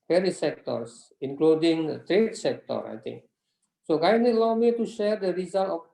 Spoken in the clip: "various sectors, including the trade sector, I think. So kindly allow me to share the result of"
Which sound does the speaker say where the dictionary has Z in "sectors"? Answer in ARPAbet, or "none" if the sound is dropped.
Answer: S